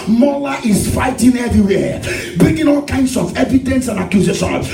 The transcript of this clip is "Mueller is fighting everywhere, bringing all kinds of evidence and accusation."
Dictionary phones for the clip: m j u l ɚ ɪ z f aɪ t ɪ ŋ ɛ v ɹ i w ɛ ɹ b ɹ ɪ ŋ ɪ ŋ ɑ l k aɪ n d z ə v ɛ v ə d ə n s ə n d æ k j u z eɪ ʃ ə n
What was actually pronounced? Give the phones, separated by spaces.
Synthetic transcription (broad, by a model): m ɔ l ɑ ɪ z f aɪ t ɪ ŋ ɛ v ɹ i w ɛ b ɹ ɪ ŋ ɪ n ɑ l k aɪ n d s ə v ɛ v ə d ə n s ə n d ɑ k j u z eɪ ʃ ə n